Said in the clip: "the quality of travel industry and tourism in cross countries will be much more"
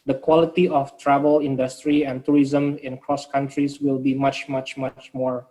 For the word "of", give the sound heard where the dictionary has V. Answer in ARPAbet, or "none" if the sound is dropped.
F